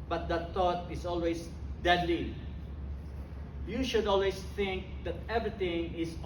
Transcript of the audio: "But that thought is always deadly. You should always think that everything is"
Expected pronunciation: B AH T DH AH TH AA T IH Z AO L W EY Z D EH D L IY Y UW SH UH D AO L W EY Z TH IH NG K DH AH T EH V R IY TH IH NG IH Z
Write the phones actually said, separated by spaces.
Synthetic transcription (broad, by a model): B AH T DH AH T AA T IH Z AO L W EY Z D EH D L IY Y UW SH UH D AO L W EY S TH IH NG K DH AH T EH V R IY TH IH NG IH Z